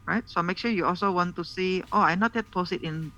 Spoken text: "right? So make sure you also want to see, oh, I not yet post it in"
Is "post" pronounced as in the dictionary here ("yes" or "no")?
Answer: no